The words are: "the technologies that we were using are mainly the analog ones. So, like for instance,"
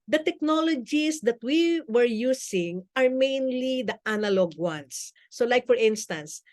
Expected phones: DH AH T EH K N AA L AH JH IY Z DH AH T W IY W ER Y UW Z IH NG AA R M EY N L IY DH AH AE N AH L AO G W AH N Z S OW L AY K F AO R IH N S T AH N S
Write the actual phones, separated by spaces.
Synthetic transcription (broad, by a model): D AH T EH K N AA L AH JH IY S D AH T W IY W ER Y UW S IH NG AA R M EY N L IY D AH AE N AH L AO G W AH N S OW L AY K F AO R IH N S T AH N S